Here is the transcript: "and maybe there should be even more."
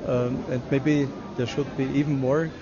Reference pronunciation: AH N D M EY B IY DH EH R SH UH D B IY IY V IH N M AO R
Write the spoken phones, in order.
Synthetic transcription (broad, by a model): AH N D M EY B IY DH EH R SH UH D B IY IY V N M AO R